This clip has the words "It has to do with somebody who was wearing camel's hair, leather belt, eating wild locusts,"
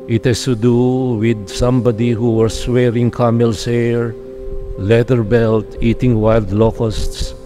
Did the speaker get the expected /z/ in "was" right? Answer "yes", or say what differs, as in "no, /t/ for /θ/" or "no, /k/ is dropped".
no, /s/ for /z/